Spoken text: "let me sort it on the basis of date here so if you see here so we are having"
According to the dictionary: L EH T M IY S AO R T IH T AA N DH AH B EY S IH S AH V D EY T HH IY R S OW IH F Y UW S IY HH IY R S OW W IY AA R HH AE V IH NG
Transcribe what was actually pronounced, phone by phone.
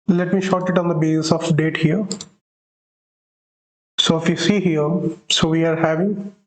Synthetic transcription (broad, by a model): L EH T M IY SH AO T IH T AA N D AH B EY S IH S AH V D EY T HH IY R S OW IH F Y UW S IY HH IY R S OW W IY AA R HH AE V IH NG